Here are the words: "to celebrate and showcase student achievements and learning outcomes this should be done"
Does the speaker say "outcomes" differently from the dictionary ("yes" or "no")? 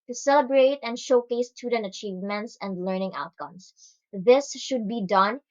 yes